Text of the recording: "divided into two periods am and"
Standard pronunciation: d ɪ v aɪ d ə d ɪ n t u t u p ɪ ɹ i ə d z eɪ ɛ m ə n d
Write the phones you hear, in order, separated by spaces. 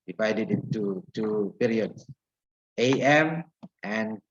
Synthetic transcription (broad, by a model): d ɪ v aɪ d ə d ɪ n t u t u p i ɹ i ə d s eɪ ɛ m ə n